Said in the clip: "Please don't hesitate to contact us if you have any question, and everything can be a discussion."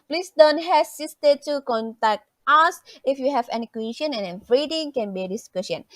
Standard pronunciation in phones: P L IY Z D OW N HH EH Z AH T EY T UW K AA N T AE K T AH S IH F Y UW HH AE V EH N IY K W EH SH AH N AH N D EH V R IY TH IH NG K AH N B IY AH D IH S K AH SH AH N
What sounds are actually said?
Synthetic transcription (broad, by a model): P L IY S D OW N HH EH S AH T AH T UW K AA N T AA K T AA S IH F Y UW HH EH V EH N IY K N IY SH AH N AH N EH F R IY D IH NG K AH N B IY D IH S K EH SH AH N